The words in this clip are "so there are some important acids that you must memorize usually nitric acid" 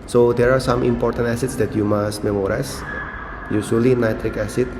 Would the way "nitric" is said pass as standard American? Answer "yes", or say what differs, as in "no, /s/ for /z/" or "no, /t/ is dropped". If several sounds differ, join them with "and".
yes